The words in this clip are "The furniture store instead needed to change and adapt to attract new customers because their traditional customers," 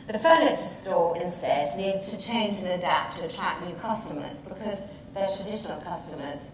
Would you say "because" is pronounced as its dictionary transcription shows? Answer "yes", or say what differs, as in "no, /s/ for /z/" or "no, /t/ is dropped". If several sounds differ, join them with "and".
yes